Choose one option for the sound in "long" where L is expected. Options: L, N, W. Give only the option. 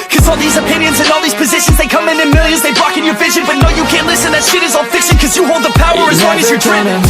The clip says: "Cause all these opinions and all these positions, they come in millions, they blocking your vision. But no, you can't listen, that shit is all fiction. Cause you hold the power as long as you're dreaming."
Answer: W